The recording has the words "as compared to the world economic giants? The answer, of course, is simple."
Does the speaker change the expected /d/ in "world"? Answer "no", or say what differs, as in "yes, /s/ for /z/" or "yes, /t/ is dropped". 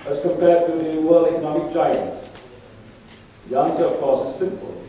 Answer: yes, /d/ is dropped